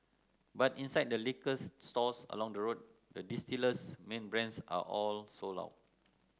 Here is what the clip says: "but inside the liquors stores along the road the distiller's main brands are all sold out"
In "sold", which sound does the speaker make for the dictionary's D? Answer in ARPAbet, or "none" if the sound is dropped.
none